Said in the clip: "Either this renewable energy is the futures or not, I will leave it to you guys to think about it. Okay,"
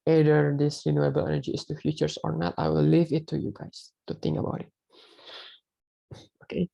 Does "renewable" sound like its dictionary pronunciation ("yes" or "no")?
yes